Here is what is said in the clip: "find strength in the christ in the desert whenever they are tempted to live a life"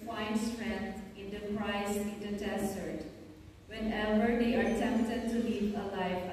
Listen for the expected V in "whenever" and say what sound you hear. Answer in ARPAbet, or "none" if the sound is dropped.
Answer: B